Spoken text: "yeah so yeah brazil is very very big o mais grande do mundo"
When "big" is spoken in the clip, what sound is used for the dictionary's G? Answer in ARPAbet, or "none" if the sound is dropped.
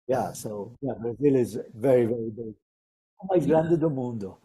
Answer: none